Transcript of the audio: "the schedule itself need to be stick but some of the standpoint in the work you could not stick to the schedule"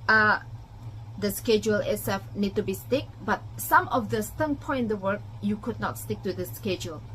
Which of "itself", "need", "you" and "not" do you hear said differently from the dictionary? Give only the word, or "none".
itself